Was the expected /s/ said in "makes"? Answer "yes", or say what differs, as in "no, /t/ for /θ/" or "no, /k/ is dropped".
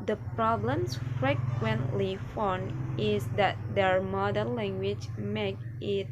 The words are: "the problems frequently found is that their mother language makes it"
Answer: no, /s/ is dropped